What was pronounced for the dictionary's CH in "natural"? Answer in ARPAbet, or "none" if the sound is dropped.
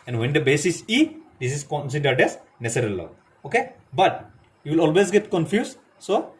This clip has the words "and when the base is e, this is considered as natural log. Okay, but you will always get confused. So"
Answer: S